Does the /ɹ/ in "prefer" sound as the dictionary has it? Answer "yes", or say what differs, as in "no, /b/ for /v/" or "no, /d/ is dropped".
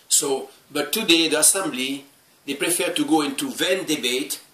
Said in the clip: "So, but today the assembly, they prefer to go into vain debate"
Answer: yes